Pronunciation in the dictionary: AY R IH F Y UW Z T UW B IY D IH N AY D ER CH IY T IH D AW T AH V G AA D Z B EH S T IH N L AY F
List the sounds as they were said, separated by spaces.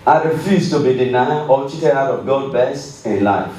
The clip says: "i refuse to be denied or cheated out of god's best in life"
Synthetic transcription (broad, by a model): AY R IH F Y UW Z T UW B IY D IH N AY D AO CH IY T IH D AW T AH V G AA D B EH S T IH N L AY F